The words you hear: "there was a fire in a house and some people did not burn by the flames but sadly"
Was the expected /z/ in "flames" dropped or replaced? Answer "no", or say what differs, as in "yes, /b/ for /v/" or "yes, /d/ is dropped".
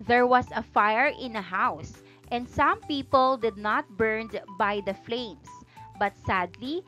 yes, /s/ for /z/